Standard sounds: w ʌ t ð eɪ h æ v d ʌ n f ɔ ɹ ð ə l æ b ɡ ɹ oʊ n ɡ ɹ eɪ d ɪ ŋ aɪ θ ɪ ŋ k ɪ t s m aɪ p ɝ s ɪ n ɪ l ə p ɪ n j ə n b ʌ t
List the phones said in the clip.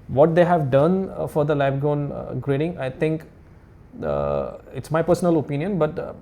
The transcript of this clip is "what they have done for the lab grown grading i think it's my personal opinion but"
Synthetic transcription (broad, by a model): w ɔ t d eɪ h æ v d ʌ n f ɔ ɹ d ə l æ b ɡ oʊ n ɡ ɹ eɪ d ɪ ŋ aɪ t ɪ ŋ k ɪ t s m aɪ p ɝ s ɪ n ɪ l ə p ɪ n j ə n b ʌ t